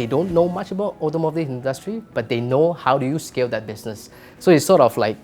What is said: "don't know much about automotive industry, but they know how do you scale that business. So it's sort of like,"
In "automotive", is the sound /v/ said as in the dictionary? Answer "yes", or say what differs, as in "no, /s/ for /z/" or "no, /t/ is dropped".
no, /v/ is dropped